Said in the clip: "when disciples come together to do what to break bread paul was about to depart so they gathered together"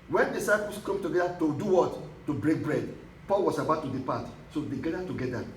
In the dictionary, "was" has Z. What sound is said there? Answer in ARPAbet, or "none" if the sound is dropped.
S